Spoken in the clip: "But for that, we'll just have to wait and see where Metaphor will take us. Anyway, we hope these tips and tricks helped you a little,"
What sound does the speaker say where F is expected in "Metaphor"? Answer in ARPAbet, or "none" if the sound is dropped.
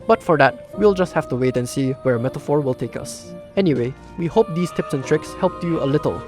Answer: F